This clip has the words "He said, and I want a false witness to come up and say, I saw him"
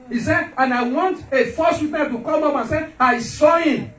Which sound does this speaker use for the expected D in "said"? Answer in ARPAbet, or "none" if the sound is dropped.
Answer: none